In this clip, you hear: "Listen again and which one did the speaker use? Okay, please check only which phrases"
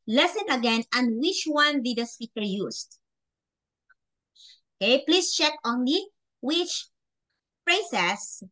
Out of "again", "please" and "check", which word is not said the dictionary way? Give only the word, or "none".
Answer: please